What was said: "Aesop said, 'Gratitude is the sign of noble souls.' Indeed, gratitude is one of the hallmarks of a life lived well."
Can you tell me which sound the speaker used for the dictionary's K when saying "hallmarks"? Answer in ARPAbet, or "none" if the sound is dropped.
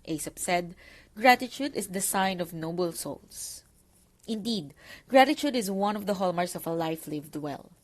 none